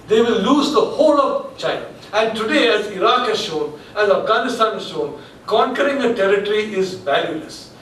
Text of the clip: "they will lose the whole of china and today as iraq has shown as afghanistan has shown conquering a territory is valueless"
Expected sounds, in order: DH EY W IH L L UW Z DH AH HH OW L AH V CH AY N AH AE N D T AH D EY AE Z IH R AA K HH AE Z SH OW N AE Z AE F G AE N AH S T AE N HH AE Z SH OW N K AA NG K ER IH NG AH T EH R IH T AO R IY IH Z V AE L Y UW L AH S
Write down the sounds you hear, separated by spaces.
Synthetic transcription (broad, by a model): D EY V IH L L UW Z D AH HH OW L AH V CH AY N AH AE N D T AH D EY AE Z IH R AA K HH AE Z SH OW N AE Z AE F G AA N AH S T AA N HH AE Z SH OW N K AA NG K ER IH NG AH T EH R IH T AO R IY IH Z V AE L Y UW L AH S